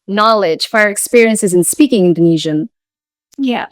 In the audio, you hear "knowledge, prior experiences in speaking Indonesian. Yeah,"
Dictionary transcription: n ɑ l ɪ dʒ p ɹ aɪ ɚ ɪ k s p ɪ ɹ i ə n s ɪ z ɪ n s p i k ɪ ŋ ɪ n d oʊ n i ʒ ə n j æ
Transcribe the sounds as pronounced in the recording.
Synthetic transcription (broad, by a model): n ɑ l ɪ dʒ f ɹ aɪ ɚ ɪ k s p ɪ ɹ i ə n s ɪ z ɪ n s p i k ɪ ŋ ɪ n d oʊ n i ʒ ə n j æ